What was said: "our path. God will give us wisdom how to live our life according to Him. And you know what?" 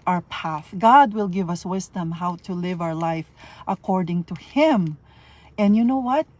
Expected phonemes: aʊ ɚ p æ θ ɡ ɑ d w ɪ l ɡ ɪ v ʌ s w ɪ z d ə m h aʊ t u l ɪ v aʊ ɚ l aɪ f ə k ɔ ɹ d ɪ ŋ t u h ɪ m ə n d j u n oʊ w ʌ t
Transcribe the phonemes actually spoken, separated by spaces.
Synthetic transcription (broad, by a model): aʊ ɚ p æ θ ɡ ɑ d w ɪ l ɡ ɪ v ʌ s w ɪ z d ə m h aʊ t u l ɪ v aʊ ɚ l aɪ f ə k ɔ ɹ d ɪ ŋ t u h ɪ m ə n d j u n oʊ w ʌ t